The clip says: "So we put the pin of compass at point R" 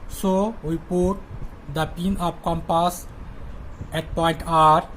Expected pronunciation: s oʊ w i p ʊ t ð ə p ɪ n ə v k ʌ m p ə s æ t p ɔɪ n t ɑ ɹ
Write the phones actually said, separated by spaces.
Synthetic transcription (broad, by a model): s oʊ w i p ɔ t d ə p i n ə p k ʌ m p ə s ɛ t p ɔɪ n t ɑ ɹ